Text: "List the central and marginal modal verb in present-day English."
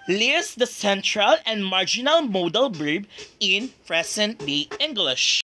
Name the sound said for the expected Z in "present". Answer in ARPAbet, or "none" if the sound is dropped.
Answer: S